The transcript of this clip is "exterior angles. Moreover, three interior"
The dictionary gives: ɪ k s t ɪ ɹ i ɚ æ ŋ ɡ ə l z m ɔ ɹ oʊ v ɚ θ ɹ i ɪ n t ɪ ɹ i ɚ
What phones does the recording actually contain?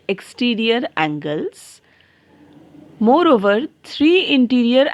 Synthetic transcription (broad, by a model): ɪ k s t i ɹ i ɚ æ ŋ ɡ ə l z m ɔ ɹ oʊ v ɚ t ɹ i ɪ n t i ɹ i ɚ